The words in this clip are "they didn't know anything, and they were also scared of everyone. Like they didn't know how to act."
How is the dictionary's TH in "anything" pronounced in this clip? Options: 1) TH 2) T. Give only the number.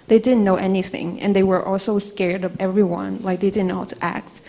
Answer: 1